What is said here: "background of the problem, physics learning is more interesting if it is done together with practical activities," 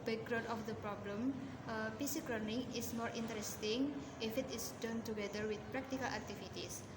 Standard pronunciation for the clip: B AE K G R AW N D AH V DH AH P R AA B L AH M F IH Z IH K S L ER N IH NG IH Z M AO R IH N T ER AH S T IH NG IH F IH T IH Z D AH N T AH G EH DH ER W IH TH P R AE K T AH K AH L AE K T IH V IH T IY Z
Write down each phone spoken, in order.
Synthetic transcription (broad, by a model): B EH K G R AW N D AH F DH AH P R AA B L AH M P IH S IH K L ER N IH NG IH S M AO R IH N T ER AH S T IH NG IH F IH T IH S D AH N T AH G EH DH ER W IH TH P R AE K T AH K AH L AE K T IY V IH T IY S